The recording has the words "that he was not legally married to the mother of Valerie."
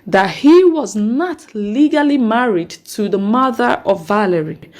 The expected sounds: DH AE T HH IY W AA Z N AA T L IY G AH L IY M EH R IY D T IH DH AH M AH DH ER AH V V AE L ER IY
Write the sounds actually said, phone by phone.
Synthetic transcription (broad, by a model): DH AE T HH IY W AA Z N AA T L IY G AH L IY M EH R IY D T IH DH AH M AH DH ER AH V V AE L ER IY